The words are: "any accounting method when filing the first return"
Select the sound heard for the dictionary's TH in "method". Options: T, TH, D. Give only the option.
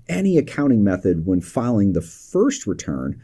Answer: TH